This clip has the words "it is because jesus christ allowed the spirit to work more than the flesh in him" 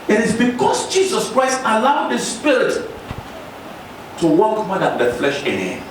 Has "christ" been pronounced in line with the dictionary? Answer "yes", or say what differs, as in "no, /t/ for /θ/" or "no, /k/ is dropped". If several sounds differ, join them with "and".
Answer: yes